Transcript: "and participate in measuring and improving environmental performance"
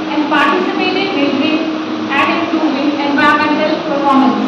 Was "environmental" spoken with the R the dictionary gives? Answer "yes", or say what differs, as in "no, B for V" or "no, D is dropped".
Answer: no, R is dropped